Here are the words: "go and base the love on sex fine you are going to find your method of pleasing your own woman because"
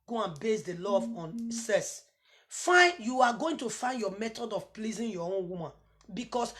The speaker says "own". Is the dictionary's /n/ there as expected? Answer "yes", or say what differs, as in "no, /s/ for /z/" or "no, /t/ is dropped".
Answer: yes